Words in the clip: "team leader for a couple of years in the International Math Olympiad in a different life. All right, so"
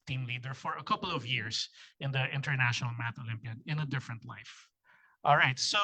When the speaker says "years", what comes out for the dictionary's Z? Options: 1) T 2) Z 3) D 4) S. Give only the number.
4